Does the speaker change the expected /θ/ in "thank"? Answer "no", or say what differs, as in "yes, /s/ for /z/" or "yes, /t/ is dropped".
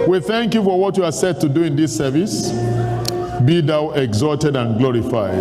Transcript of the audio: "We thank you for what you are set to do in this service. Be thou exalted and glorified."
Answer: no